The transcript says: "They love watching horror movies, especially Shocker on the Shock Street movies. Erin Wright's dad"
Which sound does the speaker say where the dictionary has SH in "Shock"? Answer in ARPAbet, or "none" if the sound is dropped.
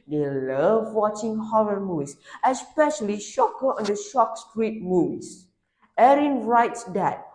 SH